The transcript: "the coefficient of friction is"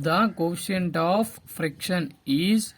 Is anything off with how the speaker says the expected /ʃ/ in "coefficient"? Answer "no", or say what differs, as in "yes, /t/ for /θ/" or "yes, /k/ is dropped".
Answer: yes, /ʃ/ is dropped